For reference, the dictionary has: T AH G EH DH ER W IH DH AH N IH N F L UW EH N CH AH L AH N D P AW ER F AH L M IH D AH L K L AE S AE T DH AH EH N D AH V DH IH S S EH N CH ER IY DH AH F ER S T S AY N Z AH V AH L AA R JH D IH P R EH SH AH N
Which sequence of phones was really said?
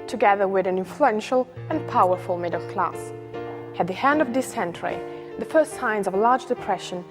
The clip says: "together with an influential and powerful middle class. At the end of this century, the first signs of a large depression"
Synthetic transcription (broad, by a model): T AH G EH DH ER W IH DH AH N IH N F L UW EH N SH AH L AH N P AW ER F AH L M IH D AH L K L AE S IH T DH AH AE N D AH V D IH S S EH N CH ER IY DH AH F ER S T S AY N Z AH V L AA R JH D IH P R EH SH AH N